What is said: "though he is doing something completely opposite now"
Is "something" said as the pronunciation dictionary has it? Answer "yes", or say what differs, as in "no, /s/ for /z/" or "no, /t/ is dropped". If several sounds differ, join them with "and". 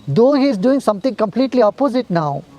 no, /t/ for /θ/